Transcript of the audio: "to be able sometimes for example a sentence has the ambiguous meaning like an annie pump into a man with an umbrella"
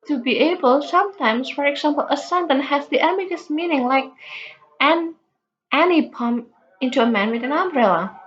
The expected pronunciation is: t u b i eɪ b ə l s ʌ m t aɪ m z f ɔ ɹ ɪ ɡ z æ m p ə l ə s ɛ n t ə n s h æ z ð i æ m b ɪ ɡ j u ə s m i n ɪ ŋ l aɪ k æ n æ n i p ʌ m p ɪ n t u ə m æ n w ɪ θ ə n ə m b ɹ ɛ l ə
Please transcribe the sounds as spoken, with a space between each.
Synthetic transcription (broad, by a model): t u b i eɪ b ə l s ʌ m t aɪ m s f ɔ ɹ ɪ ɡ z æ m p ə l ə s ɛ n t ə n h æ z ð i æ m ɪ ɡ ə s m i n ɪ ŋ l aɪ k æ n æ n i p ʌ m ɪ n t u ə m æ n w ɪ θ ə n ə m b ɹ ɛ l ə